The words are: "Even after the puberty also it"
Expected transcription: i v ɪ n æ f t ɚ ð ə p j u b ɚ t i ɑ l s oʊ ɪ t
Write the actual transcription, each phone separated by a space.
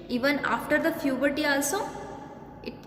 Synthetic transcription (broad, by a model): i v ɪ n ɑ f t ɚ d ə f j u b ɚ t i ɑ l s oʊ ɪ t